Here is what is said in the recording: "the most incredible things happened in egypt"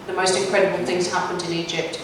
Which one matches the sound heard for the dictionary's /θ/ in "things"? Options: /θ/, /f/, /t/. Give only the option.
/θ/